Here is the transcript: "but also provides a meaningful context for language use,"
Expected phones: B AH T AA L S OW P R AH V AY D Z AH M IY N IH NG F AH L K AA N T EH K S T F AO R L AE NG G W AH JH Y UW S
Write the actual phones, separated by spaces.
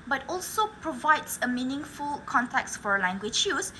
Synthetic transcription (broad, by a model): B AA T AA L S OW P R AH V AY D S AH M IY N IH NG F AH L K AA N T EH K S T F AO R L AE NG G W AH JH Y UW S